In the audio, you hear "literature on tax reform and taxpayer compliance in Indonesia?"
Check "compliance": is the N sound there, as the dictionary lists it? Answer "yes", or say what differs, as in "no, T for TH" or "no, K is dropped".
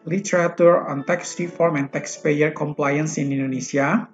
yes